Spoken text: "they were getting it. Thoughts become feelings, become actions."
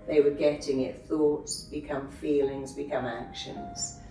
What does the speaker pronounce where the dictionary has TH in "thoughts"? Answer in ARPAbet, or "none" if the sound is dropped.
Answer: TH